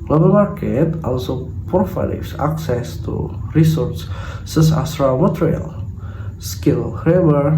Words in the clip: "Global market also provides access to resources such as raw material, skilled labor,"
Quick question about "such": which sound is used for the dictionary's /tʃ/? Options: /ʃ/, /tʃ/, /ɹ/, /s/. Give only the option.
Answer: /s/